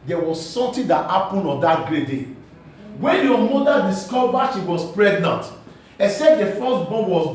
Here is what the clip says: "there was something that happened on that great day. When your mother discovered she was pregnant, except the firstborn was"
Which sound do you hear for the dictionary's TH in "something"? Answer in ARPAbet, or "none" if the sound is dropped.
T